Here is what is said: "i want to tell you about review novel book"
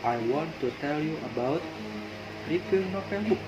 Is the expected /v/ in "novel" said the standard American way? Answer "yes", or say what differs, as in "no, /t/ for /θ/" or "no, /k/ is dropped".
no, /f/ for /v/